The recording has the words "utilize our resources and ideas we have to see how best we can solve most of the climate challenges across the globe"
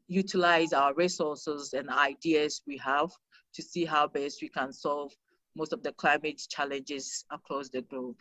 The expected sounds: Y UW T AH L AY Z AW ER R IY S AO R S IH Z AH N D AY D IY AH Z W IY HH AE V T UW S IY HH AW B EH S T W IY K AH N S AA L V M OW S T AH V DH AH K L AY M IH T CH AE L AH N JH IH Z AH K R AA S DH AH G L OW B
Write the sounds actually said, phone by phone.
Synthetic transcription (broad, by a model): Y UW T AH L AY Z AW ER R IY S AO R S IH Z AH N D AY D IY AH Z W IY HH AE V T UW S IY HH AW B EH S T W IY K AH N S AA L V M OW S T AH V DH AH K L AY M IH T CH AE L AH N JH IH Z AH K R AA S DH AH G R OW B